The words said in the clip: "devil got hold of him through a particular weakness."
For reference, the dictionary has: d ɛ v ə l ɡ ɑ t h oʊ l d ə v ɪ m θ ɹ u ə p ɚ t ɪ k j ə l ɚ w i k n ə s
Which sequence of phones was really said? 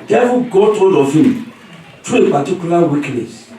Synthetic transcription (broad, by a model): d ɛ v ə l ɡ ɑ t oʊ n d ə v ɪ m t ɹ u ə p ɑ t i k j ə l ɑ w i k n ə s